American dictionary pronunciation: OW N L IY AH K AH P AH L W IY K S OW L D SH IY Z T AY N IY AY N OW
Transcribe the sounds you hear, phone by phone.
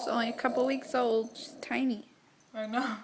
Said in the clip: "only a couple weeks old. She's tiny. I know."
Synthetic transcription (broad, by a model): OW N L IY AH K AH P L W IY K S OW L D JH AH S T AY N IY AY N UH